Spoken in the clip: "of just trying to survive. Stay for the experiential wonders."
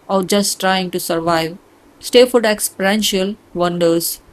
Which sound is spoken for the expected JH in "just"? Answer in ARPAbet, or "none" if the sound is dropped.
JH